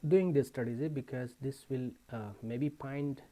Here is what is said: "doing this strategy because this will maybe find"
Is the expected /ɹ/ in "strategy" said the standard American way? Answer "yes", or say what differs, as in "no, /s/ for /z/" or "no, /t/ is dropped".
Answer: no, /ɹ/ is dropped